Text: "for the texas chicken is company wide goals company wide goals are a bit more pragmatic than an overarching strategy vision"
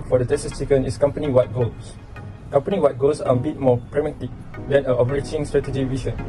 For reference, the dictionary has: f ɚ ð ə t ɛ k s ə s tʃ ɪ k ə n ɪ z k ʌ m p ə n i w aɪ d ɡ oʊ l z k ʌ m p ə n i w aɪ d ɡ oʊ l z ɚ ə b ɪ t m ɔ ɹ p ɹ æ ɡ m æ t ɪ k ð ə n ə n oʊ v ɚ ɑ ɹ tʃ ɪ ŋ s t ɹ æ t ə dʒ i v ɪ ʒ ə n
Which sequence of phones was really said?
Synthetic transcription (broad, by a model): f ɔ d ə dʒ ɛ s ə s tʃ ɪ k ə n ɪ s k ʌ m p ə n i w aɪ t ɡ oʊ l s k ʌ m p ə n i w aɪ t ɡ oʊ l s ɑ ə b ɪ t m ɔ p ɹ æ m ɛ t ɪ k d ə n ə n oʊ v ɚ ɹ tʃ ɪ ŋ s t ɹ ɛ t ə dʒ i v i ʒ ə n